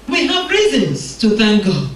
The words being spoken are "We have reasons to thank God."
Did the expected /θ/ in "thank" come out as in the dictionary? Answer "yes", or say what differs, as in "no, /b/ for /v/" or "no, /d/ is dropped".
yes